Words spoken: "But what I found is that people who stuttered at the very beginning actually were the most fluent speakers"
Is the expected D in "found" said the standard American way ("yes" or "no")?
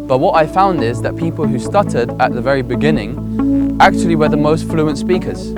yes